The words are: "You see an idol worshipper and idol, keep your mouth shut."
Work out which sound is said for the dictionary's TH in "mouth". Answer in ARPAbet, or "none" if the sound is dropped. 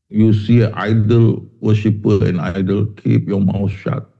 S